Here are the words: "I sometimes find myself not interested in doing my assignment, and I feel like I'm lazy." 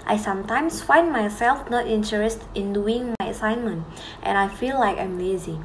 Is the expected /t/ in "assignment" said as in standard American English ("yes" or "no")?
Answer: yes